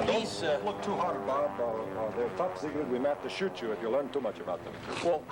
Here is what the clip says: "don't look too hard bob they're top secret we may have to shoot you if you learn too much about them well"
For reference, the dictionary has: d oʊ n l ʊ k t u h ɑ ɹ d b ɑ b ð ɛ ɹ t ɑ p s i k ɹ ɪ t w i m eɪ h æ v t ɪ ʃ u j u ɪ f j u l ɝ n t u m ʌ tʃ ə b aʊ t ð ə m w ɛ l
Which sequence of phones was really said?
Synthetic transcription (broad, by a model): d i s l ʊ k t u h ɑ ɹ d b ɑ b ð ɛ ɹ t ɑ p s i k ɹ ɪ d w i m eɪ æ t t ɪ ʃ u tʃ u ɪ f j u l ɝ n t u m ʌ tʃ ə b aʊ t ð ə m w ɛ l